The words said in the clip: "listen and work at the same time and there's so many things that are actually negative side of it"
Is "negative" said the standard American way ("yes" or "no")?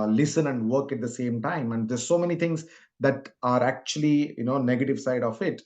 yes